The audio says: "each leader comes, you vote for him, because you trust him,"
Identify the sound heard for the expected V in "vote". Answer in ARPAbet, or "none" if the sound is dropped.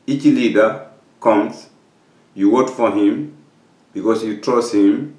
W